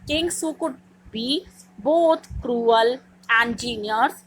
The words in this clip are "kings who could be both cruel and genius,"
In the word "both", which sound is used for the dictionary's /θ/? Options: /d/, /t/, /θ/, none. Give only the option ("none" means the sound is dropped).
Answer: /t/